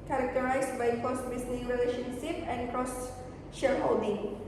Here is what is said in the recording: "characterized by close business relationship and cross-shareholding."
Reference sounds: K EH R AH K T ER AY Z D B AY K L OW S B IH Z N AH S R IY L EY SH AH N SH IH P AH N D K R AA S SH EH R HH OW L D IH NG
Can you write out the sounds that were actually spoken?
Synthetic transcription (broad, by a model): K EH R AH K T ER AY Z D B AY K OW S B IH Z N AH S R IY L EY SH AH N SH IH P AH N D K R AA S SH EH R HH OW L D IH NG